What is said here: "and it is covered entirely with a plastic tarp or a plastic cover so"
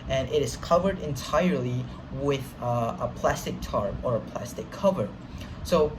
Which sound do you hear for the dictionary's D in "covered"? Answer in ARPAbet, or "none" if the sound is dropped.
D